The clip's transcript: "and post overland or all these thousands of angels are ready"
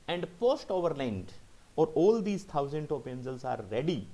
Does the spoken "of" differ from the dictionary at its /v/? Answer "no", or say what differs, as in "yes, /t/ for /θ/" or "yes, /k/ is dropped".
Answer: yes, /p/ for /v/